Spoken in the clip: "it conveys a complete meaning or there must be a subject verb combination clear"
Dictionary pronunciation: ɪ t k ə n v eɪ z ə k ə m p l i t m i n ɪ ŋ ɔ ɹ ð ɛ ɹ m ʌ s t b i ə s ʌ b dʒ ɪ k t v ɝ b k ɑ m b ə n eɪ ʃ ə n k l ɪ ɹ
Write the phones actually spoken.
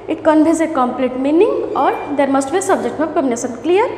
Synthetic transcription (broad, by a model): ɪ t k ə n b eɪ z ə k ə m p l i t m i n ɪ ŋ ɔ ɹ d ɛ ɹ m ʌ s t b i s ʌ b dʒ ɪ k t b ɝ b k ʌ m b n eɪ s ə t k l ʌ ɹ